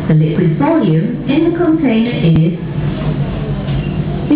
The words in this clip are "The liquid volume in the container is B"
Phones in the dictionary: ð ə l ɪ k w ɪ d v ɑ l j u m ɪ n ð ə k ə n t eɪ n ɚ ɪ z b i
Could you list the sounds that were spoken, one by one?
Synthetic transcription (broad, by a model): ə n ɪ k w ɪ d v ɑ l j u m ɪ n ð ə k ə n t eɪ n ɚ ɪ z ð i